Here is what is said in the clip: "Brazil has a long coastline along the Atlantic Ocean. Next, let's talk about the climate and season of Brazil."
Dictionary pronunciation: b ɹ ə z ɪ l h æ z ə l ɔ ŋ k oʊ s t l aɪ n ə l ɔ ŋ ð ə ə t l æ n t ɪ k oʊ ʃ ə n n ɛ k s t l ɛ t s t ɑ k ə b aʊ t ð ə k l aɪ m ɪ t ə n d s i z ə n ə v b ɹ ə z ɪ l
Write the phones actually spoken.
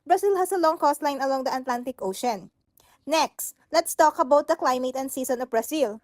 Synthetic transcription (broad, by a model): b ɹ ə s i l h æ s ə l ɔ ŋ k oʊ s t l aɪ n ə l ɔ ŋ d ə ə t l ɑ n t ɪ k oʊ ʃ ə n n ɛ k s t l ɛ t s t ɑ k ə b aʊ t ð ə k l aɪ m ɪ t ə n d s i s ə n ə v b ɹ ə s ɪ l